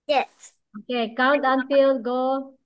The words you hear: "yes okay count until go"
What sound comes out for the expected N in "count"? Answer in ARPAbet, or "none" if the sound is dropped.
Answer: N